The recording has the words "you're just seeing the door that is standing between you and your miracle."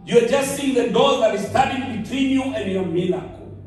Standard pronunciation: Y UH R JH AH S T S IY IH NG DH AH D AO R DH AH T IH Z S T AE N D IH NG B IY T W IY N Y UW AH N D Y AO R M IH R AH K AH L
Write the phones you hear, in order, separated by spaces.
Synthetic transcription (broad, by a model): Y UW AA JH AH S T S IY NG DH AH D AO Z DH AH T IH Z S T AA D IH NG B IY T W IY N Y UW AH N D Y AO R M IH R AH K